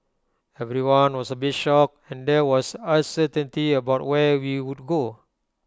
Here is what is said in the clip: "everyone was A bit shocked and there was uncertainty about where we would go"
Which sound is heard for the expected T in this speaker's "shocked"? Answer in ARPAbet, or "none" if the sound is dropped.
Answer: none